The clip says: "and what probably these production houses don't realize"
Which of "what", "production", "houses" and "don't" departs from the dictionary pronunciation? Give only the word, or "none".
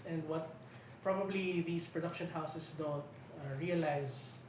houses